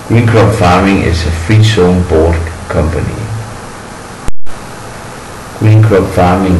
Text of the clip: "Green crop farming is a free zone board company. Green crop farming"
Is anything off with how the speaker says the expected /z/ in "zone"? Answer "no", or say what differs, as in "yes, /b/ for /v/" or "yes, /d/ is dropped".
yes, /s/ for /z/